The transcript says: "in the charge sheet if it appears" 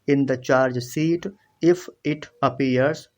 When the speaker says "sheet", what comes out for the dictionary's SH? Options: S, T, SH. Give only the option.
S